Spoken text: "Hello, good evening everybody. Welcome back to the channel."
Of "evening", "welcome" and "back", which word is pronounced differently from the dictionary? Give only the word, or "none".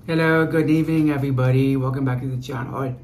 welcome